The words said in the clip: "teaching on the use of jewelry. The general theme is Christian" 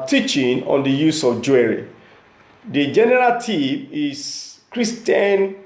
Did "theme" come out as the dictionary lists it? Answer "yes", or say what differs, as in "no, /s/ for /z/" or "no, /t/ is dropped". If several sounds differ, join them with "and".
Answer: no, /t/ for /θ/